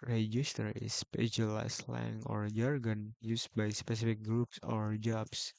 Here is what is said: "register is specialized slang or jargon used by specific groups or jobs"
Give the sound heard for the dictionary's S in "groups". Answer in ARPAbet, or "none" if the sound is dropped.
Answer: S